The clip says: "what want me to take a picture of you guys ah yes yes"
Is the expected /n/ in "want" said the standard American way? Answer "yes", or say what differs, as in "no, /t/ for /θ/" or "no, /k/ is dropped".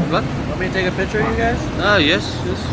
no, /n/ is dropped